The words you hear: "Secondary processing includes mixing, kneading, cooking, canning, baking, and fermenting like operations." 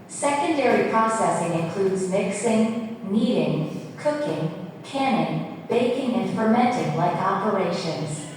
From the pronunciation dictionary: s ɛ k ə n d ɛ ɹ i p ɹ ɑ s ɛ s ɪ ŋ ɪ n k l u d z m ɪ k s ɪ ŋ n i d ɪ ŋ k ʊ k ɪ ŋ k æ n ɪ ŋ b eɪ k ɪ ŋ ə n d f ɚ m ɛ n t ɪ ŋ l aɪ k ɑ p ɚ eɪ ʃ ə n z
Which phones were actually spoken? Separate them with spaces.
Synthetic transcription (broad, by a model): s ɛ k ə n d ɛ ɹ i p ɹ ɑ s ɛ s ɪ ŋ ɪ n k l u d z m ɪ k s ɪ ŋ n i d ɪ ŋ k ʊ k ɪ ŋ k æ n ɪ ŋ b eɪ k ɪ ŋ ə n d f ɚ m ɛ n t ɪ ŋ l aɪ k ɑ p ɚ eɪ ʃ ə n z